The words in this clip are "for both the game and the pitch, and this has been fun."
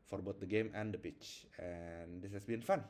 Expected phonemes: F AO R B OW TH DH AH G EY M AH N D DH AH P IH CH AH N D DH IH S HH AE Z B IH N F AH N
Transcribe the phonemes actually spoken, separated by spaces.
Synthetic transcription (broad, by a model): F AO R B OW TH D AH G EY M AH N D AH P IH CH AH N D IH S HH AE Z B IH N F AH N